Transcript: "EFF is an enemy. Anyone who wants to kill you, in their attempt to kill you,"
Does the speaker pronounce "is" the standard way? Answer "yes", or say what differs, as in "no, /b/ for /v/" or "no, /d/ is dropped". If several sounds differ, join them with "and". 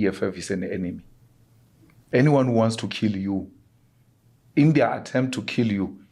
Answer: no, /s/ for /z/